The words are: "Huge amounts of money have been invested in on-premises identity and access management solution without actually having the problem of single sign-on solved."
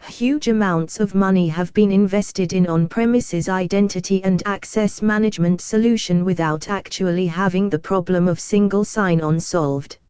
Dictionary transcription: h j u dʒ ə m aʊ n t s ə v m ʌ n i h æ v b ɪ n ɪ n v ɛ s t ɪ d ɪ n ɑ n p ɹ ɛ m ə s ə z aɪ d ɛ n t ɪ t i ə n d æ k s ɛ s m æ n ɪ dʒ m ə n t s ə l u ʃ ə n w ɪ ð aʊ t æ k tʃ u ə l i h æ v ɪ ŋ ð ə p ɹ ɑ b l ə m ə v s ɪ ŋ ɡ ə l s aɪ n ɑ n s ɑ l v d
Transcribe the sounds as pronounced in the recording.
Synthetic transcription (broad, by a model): h j u dʒ ə m aʊ n t s ə v m ʌ n i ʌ v b ɪ n ɪ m v ɛ s t ɪ d ɪ n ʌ n p ɹ ɛ m ə s ə z aɪ d ɛ n t ɪ t i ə n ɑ k s ɛ s m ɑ n ɪ dʒ m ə n t s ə l u ʃ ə n w ɪ ð aʊ t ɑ k tʃ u ə l i h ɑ v ɪ ŋ ð ə p ɹ ɑ b l ə m ə v s ɪ ŋ ɡ ə l s aɪ n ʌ n s ɑ l v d